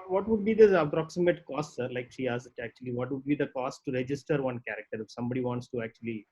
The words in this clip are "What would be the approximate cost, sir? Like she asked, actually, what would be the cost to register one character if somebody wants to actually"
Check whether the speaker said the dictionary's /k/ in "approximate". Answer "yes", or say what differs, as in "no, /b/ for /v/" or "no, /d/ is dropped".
yes